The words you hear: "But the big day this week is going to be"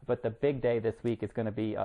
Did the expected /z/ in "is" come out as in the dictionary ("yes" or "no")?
yes